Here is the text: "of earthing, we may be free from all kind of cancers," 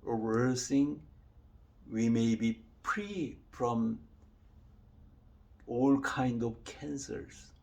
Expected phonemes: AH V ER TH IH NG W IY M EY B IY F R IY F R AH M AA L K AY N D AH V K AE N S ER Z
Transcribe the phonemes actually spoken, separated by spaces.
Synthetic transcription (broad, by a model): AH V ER S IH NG W IY M EY B IY P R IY F R AH M AA L K AY N D AH V K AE N S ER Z